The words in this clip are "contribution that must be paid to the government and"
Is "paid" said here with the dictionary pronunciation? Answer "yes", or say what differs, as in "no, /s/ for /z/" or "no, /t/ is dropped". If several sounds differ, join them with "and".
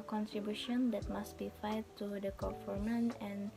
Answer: no, /f/ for /p/